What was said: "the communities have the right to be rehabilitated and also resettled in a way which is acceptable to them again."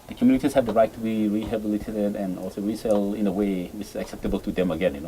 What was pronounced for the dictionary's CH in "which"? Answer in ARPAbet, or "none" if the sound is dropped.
none